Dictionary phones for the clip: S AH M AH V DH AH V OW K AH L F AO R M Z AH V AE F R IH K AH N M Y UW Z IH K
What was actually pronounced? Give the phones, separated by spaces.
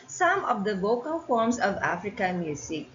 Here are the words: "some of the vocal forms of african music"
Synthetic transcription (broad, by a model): S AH M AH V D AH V OW K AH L F AO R M S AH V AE F R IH K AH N M Y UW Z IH K